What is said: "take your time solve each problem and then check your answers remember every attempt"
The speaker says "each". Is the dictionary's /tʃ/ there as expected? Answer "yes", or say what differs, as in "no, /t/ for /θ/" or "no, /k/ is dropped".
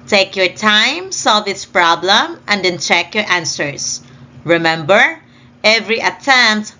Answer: no, /s/ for /tʃ/